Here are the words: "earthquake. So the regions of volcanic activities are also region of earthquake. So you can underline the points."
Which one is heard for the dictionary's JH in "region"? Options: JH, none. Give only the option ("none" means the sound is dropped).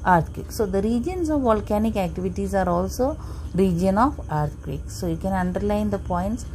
JH